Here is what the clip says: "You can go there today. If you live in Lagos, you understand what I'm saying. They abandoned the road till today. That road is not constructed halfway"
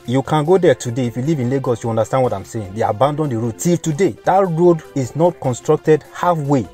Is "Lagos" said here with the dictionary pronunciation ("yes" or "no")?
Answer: yes